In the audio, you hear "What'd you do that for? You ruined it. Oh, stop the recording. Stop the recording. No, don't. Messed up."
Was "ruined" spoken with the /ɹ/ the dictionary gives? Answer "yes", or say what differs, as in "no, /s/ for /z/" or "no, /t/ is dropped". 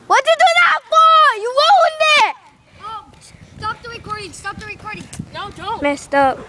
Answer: no, /w/ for /ɹ/